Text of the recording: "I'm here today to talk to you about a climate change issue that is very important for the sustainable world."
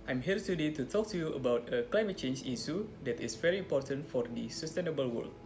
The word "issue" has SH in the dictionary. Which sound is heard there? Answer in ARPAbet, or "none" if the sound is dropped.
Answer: S